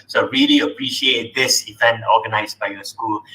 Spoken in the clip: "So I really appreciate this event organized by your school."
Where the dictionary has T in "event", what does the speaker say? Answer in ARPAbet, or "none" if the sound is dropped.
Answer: none